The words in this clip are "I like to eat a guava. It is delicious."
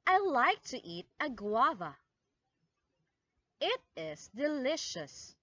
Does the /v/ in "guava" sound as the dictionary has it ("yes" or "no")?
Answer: yes